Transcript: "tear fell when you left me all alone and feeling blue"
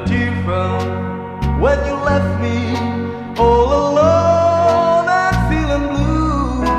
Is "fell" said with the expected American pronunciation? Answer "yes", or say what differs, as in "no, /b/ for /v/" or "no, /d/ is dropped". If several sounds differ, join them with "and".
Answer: no, /n/ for /l/